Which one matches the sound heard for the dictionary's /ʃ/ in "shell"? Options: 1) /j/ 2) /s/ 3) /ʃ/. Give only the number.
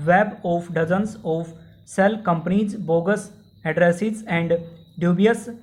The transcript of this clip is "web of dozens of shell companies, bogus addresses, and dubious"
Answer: 2